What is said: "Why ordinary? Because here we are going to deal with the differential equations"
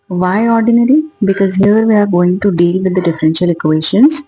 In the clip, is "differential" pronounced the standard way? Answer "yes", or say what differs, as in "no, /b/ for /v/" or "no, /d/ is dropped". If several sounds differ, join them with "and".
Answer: yes